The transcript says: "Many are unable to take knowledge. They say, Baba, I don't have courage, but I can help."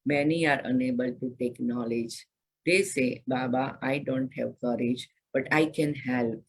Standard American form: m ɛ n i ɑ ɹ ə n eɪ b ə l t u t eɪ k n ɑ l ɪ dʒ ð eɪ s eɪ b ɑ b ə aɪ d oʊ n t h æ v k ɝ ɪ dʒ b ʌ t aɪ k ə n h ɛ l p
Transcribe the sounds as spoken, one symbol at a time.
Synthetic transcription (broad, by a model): m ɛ n i ɑ ɹ ə n eɪ b ə l t u t eɪ k n ɑ l ɪ dʒ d eɪ s eɪ b ɑ b ə aɪ d oʊ n t h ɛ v k ɝ ɪ dʒ b ʌ t aɪ k ə n h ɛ l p